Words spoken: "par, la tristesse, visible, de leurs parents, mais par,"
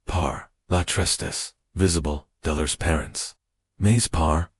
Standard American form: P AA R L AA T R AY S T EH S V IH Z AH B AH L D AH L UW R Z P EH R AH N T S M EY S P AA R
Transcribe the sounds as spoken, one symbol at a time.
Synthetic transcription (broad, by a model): P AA R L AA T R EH S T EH S V IH Z AH B AH L D AH L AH R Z P EH R AH N T S M EY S P AA R